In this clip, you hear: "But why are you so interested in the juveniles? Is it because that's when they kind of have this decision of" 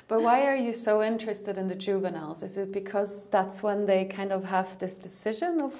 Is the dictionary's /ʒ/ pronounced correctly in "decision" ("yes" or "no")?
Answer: yes